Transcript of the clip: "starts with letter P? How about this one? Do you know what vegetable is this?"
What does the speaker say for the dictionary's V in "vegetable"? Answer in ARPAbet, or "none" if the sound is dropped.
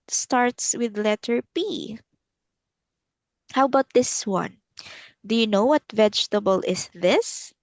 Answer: V